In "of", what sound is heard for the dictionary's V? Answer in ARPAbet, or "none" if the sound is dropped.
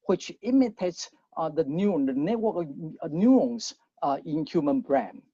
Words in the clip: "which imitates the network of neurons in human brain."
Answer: W